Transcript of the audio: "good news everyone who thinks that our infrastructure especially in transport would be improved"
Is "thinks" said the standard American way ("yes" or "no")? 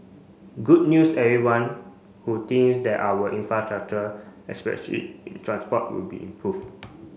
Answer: no